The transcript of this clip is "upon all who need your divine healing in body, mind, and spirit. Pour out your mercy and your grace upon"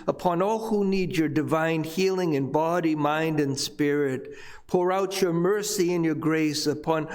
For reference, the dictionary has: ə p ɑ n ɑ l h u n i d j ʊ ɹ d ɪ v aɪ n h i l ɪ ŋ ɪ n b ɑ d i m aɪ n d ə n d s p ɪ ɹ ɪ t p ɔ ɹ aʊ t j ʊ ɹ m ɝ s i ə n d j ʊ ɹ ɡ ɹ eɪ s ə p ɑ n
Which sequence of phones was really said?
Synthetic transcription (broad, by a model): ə p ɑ n ɑ l h u n i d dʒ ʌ ɹ d ɪ v aɪ n h i l ɪ ŋ ɪ n b ɑ d i m aɪ n d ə n s p ɪ ɹ ɪ t p ɔ ɹ aʊ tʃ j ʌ ɹ m ɝ s i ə n j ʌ ɹ ɡ ɹ eɪ s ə p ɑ n